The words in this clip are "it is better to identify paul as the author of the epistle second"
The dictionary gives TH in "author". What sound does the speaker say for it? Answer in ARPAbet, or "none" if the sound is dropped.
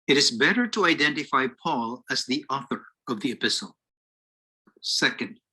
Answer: TH